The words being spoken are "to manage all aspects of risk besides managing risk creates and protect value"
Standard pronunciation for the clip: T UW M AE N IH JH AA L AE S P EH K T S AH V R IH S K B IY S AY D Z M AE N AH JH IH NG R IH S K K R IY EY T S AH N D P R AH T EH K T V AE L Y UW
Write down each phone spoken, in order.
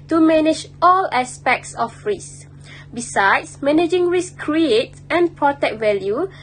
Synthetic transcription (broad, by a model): T UW M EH N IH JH AA L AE S P EH K T S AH F R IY S B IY S AY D S M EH N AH JH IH NG R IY S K K R IY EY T AH N P R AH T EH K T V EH L Y UW